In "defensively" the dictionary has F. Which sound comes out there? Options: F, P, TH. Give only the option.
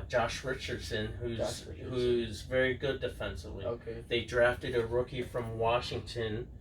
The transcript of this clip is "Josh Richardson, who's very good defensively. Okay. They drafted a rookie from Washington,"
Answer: F